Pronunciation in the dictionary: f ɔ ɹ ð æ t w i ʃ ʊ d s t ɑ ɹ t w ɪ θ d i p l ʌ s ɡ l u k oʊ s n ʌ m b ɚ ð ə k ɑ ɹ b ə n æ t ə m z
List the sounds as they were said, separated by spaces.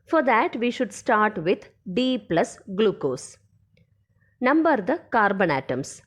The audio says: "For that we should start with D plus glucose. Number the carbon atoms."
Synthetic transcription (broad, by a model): f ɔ ɹ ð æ t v i ʃ ʊ d s t ɑ ɹ t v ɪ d d i p l ʌ s ɡ l u k oʊ s n ʌ m b ɚ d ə k ɑ ɹ b ə n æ t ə m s